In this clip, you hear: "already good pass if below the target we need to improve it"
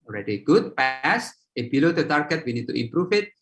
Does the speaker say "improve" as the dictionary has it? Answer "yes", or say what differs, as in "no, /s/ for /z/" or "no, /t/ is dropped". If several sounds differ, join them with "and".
no, /f/ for /v/